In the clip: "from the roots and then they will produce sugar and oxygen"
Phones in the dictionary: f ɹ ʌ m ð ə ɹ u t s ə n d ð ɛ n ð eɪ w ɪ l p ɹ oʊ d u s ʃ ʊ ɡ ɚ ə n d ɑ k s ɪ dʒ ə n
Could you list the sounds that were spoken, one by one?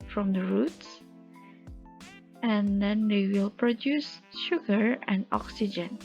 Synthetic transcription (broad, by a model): f ɹ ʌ m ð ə ɹ u t s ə n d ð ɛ n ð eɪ w ɪ l p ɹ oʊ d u s ʃ ʊ ɡ ɚ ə n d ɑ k s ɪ dʒ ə n